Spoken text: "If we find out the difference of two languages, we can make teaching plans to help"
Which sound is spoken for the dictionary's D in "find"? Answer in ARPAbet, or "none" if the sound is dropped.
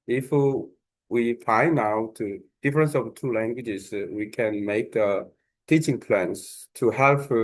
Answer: none